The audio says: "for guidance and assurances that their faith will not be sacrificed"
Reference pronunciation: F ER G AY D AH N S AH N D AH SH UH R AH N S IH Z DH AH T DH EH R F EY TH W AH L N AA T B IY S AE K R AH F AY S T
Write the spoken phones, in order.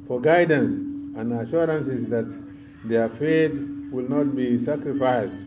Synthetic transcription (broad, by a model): F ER G AY D AH N S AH N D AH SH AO R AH N S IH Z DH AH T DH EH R F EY T W AH L N AA T B IY S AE K R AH F AY S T